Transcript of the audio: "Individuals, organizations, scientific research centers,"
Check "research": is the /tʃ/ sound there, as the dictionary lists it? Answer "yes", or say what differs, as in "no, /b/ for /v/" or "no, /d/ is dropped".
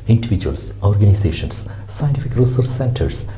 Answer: no, /s/ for /tʃ/